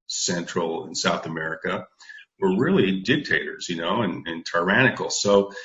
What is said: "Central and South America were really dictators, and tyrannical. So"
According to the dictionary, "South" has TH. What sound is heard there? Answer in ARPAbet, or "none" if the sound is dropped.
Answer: TH